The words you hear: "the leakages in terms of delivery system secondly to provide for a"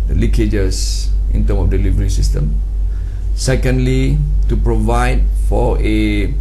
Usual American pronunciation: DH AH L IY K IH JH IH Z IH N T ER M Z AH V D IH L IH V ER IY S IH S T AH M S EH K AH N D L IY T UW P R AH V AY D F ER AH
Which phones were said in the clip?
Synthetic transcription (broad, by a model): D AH L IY K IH JH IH S IH N T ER M AH F D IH L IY V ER IY S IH S T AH M S EH K AH N D L IY T UW P R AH V AY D F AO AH